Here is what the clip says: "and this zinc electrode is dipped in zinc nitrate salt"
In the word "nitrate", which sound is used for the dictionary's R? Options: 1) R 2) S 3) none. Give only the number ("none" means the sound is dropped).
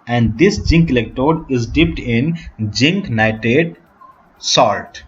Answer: 3